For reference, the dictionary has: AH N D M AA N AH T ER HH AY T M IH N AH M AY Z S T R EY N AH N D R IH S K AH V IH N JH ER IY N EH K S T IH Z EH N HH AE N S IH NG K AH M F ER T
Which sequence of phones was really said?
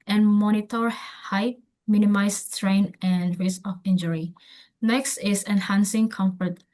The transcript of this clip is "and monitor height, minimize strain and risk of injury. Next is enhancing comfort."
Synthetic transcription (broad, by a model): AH N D M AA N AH T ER HH AY M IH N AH M AY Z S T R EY N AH N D R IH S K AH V IH N JH ER IY N EH K S T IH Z EH N HH AE N S IH NG K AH M F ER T